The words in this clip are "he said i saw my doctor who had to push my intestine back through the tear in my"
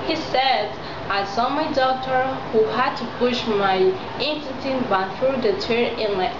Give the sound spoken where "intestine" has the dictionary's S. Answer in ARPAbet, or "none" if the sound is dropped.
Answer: none